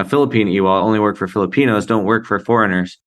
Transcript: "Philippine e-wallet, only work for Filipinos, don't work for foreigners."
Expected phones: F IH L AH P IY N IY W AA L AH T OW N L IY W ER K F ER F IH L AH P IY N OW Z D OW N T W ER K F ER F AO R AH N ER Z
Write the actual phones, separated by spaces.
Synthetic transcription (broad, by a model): F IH L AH P IY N IY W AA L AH UH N L IY W ER K F ER F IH L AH P IY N OW Z D OW N T W ER K F ER F AO R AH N ER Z